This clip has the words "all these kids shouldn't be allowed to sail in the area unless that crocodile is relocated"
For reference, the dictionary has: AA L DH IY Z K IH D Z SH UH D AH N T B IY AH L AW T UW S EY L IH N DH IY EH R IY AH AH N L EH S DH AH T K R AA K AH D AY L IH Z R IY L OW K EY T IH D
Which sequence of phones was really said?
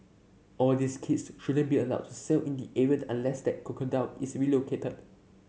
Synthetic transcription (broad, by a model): AA L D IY S K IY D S SH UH D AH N B IY AH L AW T UW S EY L IH N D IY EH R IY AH AH N L EH S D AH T K AA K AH D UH N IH S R IY L OW K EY T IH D